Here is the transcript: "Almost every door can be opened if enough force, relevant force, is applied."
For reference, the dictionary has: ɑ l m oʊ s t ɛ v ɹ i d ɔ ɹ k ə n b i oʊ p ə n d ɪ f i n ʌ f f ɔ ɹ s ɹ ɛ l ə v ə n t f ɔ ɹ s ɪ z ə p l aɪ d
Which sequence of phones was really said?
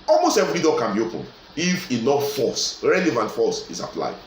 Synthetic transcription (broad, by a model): ɑ l m oʊ s t ɛ v ɹ i d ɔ k ə n b i oʊ p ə n ɪ f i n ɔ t f ɔ s ɹ ɛ l ə v ə n t f ɔ s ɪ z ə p l aɪ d